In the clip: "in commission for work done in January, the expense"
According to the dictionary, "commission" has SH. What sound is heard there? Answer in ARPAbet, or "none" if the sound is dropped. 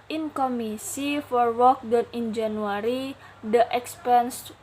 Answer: S